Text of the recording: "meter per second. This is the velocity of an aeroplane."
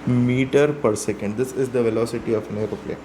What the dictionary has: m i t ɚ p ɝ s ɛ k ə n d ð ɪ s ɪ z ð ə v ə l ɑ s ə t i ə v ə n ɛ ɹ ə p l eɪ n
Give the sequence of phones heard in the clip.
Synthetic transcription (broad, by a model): m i t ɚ p ɝ s ɛ k ə n d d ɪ s ɪ z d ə v ə l ɑ s ə t i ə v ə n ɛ ɹ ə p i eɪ